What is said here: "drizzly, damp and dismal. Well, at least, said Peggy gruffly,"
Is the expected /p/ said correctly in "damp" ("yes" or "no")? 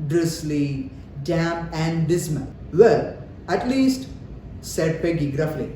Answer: no